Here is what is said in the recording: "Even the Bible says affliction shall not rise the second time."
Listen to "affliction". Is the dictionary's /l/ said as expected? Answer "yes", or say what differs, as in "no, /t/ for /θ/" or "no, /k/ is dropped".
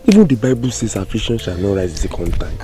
no, /l/ is dropped